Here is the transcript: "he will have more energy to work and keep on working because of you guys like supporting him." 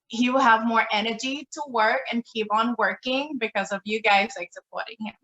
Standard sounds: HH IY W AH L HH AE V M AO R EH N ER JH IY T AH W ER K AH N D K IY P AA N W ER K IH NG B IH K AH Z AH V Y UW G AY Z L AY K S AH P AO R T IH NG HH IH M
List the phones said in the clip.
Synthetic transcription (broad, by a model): HH IY W AH L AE V M AO R EH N ER JH IY T AH W ER K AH N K IY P N W ER K IH NG B IH K AH Z AH V Y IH G AY Z L AY K S AH P AO R T IH NG HH IH M